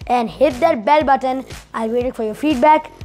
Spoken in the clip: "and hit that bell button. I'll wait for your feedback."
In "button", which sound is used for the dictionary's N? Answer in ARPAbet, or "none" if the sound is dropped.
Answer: N